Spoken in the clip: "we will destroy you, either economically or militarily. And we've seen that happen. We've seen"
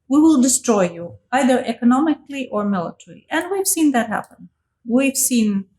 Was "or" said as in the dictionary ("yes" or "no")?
yes